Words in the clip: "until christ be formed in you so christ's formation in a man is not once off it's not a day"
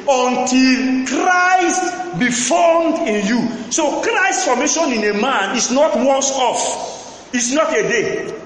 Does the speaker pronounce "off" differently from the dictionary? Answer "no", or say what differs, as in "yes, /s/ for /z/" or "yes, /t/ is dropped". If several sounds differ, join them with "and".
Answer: no